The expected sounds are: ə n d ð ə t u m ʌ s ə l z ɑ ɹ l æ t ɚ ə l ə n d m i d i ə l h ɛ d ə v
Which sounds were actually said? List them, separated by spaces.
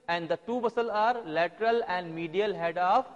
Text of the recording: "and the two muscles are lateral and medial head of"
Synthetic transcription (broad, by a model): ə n d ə t u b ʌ s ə l ɑ ɹ l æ t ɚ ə l ə n d m i d i ə l h ɛ d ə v